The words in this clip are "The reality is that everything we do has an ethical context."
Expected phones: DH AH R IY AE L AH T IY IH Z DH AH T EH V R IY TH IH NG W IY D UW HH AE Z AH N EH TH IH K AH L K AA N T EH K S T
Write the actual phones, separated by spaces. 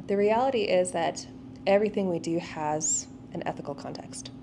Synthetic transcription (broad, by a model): DH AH R IY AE L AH T IY IH Z DH AH T EH V R IY TH IH NG W IY D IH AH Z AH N EH TH IH K AH L K AA N T EH K S T